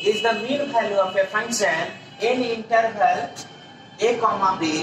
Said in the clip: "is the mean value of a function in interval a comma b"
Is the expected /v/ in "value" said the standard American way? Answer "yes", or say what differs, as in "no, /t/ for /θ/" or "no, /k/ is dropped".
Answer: no, /f/ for /v/